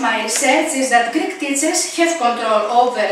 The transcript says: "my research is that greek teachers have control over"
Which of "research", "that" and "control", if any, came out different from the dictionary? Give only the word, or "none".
research